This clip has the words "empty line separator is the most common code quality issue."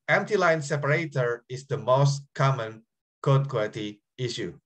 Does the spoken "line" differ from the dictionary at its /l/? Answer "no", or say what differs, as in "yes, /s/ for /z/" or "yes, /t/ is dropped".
no